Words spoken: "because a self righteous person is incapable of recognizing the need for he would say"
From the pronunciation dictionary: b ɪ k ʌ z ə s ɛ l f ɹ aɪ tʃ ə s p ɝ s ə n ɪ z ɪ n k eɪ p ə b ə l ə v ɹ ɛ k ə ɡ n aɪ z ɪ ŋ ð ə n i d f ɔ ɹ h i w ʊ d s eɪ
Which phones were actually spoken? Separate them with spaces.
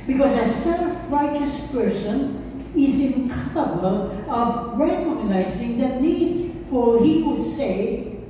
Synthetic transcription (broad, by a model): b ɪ k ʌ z ə s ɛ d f ɹ aɪ tʃ ə s p ɝ s ə n ɪ z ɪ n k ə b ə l ə v ɹ ɛ k ə ɡ n aɪ z ɪ ŋ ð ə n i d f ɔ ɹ h i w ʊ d s eɪ